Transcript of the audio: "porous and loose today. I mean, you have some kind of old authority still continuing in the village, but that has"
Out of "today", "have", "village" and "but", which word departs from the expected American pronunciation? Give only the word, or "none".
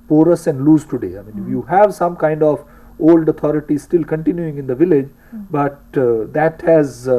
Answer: none